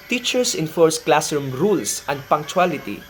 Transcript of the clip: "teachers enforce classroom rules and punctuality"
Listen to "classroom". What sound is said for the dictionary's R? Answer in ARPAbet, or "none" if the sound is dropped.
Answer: none